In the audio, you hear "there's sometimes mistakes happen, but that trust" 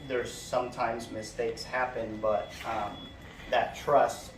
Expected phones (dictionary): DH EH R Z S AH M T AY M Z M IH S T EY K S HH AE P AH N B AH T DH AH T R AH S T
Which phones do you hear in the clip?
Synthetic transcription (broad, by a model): DH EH R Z S AH M T AY M Z M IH S T EY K S HH AE P AH N B AH T DH AH T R AH S T